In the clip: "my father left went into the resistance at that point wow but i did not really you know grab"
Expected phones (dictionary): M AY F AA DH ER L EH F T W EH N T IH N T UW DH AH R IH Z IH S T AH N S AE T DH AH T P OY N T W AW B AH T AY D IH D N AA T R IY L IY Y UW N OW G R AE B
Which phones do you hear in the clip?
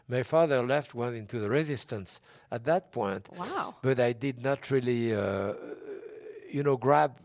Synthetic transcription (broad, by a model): M AY F AA DH ER L EH F T W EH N IH N T UW DH AH R IH Z IH S T AH N S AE T DH AH T P OY N T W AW B AH T AY D IH D N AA T R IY L IY Y UW N OW G R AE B